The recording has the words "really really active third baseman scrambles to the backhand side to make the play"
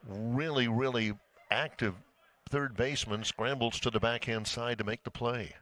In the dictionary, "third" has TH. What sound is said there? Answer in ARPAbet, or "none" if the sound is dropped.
TH